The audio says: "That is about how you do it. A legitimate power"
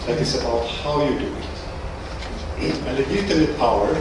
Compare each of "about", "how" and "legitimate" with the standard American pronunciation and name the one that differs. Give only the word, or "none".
legitimate